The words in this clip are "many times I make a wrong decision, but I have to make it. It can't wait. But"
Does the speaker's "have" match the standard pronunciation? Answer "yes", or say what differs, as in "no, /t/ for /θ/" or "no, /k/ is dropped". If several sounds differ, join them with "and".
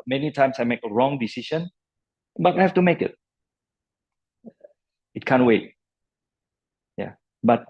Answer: no, /f/ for /v/